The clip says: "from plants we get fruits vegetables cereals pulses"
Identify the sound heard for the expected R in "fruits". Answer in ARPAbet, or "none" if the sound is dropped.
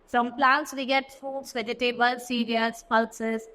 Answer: none